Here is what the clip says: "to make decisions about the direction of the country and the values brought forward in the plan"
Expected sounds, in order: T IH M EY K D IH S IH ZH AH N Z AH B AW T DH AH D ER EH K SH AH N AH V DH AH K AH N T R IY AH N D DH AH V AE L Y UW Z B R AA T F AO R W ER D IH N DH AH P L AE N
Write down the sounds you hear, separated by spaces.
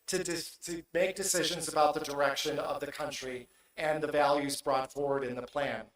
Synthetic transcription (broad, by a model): T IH M EY K D IH S IH ZH AH N Z AH B AW T DH AH D ER EH K SH AH N AH V DH AH K AH N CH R IY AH N DH AH V AE L Y UW Z B R AA T F AO R W ER D IH N DH AH P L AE N